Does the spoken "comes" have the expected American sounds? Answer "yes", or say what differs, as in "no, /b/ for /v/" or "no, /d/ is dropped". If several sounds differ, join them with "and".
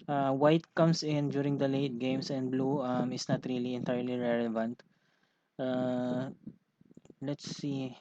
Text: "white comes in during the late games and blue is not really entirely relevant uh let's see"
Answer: no, /s/ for /z/